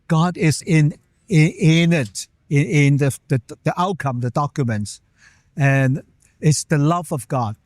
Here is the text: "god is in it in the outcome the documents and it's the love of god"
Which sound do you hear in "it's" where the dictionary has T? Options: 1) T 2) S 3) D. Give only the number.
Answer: 1